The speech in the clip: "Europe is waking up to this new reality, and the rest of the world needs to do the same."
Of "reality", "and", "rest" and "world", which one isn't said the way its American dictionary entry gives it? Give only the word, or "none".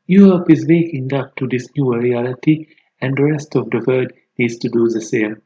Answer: world